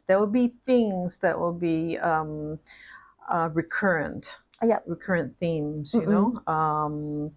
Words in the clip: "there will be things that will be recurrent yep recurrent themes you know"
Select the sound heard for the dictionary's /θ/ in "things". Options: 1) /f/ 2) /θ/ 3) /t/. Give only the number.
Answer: 2